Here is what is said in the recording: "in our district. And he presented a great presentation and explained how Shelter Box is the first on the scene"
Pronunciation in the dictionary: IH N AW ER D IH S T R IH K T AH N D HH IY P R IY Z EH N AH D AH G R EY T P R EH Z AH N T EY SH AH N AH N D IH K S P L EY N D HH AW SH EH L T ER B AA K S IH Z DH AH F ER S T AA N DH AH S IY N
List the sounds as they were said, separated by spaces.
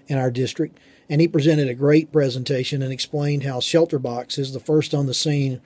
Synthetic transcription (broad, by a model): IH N AW ER D IH S T R IH K T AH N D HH IY P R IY Z EH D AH D AH G R EY T P R EH Z AH N T EY SH AH N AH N IH K S P L EY N D HH AW SH EH L T ER B AA K S IH Z DH AH F ER S T N DH AH S IY N